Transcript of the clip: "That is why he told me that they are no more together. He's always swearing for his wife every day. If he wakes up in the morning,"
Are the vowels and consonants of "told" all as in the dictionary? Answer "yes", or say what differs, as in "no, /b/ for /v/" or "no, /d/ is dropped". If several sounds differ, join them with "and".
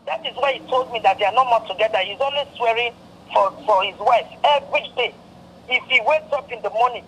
yes